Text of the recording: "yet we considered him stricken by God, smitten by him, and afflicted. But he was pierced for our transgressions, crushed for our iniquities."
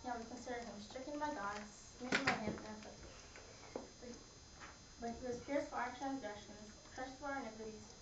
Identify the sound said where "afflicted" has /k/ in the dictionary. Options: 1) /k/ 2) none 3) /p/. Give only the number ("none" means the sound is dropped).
2